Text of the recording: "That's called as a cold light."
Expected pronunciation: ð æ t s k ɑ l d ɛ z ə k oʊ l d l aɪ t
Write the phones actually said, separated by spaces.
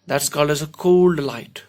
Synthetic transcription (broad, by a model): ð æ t s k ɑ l ʌ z ə k oʊ l d l aɪ t